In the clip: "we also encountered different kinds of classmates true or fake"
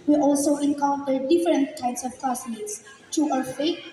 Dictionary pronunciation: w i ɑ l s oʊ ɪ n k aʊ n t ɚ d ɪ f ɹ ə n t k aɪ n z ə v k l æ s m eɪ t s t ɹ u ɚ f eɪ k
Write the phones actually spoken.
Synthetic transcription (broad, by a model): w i ɑ l s oʊ ɪ n k aʊ n t ɚ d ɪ f ɹ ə n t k aɪ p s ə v k ɔ s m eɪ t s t u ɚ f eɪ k